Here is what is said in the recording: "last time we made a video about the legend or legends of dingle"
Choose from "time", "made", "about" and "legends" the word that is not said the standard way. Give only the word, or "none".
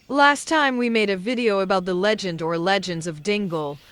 none